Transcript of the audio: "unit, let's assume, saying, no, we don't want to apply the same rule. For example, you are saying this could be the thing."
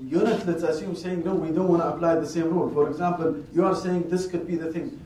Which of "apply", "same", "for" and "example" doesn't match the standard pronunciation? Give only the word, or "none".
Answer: none